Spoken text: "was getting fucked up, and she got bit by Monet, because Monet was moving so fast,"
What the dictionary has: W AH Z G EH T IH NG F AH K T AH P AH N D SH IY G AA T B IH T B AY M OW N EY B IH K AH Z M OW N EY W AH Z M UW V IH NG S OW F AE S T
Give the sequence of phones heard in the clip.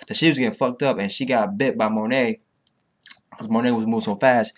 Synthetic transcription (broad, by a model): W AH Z G EH T IH NG F AH K T AH P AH N SH IY G AA T B IH T B AY M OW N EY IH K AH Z M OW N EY W AH Z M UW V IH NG S OW F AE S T